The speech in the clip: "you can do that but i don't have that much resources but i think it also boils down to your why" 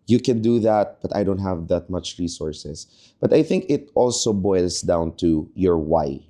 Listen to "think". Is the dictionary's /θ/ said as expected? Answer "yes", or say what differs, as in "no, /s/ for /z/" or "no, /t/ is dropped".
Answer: yes